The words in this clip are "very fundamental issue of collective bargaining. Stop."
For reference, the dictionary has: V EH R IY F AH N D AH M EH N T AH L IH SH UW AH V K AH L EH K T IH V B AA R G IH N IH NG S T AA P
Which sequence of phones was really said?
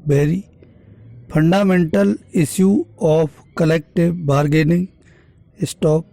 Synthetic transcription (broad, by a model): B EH R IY P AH N D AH M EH N T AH L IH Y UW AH P K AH L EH K T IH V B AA R G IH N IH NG S T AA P